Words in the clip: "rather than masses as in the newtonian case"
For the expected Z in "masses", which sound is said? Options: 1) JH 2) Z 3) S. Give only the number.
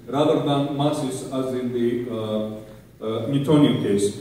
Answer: 3